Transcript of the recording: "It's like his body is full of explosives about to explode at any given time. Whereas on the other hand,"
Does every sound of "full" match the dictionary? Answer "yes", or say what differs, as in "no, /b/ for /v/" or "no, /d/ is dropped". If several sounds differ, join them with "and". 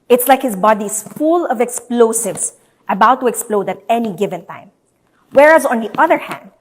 yes